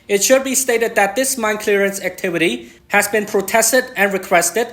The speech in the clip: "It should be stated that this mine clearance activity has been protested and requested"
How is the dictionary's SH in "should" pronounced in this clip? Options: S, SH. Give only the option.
SH